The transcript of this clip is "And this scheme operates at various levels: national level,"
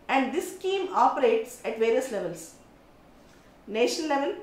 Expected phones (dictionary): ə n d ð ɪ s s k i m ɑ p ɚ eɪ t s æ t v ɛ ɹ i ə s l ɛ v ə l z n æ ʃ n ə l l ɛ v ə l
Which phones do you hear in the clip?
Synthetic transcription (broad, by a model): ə n d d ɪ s s k i m ɑ p ɚ eɪ t s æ t v ɛ ɹ i ə s l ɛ v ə l s n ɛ ʃ ə n l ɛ v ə l